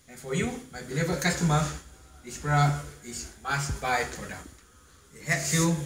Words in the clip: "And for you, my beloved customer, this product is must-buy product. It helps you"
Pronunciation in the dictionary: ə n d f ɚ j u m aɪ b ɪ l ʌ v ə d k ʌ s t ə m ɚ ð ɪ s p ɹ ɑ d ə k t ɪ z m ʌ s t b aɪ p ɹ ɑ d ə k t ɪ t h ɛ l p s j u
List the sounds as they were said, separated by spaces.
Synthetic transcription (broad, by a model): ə n f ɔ j u m aɪ b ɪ l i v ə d k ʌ s t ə m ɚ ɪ s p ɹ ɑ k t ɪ s m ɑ s b aɪ p ɹ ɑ d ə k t ɪ t h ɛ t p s j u